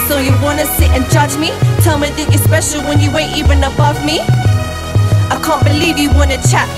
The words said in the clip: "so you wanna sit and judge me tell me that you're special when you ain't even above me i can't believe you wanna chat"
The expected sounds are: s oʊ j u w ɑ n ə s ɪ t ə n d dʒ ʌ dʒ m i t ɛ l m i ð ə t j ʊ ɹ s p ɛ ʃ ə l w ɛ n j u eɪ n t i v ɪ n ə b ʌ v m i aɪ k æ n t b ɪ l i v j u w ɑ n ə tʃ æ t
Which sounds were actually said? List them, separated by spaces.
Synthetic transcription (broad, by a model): s oʊ j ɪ w ɑ n ə s ɪ t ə n dʒ ʌ dʒ m i t ɛ l m i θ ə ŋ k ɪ s p ɛ ʃ l w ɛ n j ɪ eɪ t i v ɪ n ə b ʌ v m i aɪ k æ n b ɪ l i v j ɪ w ɑ n ə tʃ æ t